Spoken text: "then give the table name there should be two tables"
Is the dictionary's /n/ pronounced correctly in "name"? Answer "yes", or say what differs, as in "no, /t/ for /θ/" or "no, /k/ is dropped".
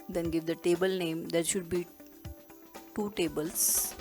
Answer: yes